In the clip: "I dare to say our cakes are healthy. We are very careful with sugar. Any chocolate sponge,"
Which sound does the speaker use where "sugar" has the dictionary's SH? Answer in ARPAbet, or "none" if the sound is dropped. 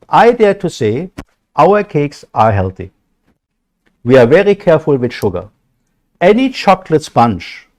SH